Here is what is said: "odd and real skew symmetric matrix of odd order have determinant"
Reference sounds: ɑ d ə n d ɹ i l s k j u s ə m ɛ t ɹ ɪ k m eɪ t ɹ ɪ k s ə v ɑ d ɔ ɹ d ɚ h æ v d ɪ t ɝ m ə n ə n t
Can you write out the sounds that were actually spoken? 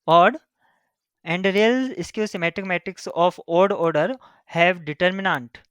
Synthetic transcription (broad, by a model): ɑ d ə n d ɹ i l s k j u s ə m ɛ t ɪ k m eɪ t ɹ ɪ k s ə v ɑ d ɔ ɹ d ɚ h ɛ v d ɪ t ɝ m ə n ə n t